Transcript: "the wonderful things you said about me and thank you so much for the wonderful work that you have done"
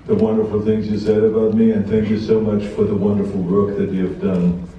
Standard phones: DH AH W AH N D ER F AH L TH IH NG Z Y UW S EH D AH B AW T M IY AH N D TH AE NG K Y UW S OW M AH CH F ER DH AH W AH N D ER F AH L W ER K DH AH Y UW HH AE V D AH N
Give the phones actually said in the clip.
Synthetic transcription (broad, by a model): DH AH W AH N D ER F L TH IH NG Z Y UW S EH D AH B AW T M IY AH N TH AE NG K Y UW S OW M AH CH F ER DH AH W AH N D ER F L W ER K DH AH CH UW V D AH N